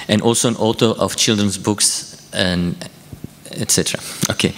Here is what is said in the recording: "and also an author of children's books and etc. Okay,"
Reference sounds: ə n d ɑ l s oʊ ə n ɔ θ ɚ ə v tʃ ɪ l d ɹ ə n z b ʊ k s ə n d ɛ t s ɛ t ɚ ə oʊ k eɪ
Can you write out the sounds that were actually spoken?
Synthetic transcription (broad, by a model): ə n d ɑ l s oʊ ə n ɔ t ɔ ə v tʃ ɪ l d ɹ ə n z b ʊ k s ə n ɛ t s ɛ t ɚ ə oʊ k eɪ